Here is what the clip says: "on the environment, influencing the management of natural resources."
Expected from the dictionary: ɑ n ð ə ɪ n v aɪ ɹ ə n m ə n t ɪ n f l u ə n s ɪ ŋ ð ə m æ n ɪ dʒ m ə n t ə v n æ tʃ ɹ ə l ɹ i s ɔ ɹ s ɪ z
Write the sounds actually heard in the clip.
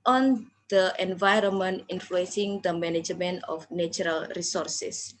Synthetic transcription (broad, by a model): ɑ n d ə ɪ n v aɪ ɹ ə n m ə n t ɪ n f l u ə n s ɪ ŋ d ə m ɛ n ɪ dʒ m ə n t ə f n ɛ tʃ ɹ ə l ɹ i s ɔ ɹ s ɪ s